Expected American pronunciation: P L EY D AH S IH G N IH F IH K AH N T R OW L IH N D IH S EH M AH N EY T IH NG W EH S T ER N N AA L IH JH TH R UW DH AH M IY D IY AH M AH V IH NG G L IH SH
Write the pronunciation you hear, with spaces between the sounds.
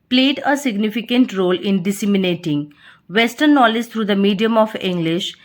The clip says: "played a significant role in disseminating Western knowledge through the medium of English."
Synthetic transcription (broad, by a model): P L EY D AH S IH G N IH F IH K AH N T R OW L IH N D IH S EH M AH N EY T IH NG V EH S T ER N N AA L IH JH T R UW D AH M IY D IY AH M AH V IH NG G L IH SH